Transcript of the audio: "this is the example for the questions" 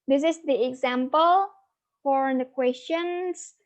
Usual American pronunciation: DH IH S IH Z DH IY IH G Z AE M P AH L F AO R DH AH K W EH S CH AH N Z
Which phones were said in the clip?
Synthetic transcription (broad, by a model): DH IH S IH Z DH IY IH G Z AE M P AH L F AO R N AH K W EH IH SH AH N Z